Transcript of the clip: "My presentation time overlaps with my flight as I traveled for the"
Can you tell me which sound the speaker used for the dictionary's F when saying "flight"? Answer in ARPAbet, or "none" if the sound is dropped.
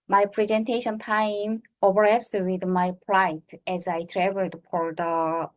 P